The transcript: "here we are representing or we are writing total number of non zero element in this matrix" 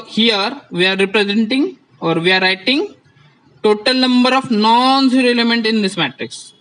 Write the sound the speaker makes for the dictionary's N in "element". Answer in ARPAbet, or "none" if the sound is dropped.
N